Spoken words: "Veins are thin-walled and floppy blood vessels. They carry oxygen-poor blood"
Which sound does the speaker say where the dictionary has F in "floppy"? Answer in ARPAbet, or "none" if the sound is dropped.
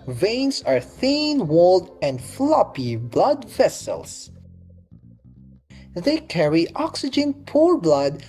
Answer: F